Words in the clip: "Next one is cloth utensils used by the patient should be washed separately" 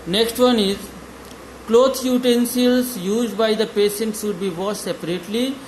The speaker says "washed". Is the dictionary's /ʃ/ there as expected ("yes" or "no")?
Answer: no